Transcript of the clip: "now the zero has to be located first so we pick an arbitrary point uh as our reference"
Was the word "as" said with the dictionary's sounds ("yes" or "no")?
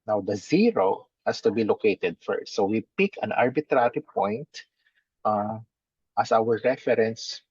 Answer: no